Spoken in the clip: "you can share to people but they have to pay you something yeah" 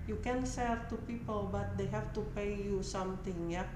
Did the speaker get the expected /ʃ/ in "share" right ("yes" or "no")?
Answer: no